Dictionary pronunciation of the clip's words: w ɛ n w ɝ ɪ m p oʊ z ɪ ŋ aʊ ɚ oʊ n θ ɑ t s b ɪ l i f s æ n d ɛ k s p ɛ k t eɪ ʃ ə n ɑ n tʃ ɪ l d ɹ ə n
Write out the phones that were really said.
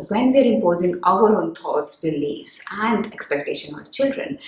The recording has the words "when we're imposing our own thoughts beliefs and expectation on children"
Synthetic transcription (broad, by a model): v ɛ n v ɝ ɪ m p oʊ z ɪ ŋ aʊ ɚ oʊ n t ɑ t s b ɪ l i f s æ n d ɛ k s p ɛ k t eɪ ʃ ə n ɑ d tʃ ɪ l d ɹ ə n